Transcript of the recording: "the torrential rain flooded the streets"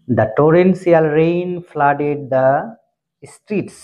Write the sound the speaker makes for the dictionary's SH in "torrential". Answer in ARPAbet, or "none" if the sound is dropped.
S